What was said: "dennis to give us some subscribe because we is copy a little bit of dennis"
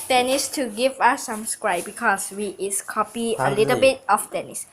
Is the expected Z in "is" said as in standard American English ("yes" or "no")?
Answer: no